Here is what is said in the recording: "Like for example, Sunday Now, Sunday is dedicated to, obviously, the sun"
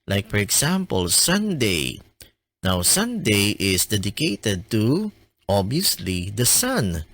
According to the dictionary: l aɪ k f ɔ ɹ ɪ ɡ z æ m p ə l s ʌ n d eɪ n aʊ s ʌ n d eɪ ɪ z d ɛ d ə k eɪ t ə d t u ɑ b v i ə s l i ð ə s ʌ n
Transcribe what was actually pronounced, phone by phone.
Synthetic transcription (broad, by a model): l aɪ k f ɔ ɹ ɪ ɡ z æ m p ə l s ʌ n d eɪ n aʊ s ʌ n d eɪ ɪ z d ɛ d ə k eɪ t ə d t u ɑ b i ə s l i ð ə s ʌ n